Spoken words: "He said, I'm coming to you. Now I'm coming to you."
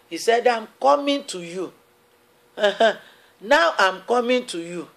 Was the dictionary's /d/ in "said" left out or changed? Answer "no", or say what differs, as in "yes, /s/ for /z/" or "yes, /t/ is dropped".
no